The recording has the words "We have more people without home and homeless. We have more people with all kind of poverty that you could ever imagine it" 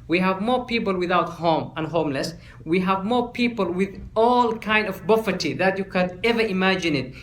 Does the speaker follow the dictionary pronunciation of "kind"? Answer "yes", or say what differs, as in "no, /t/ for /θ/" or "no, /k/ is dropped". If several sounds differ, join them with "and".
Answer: yes